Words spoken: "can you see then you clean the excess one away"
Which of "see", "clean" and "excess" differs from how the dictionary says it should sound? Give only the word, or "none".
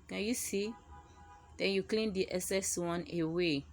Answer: excess